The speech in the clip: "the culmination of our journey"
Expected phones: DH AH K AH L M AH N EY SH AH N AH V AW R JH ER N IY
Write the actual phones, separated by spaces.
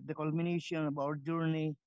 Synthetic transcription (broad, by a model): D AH K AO L M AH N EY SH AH N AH B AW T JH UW N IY